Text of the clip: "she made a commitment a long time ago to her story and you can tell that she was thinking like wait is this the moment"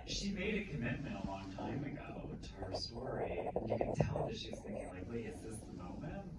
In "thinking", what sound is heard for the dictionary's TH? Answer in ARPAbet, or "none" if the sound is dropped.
TH